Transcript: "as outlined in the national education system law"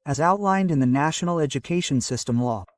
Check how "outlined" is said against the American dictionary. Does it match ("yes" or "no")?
yes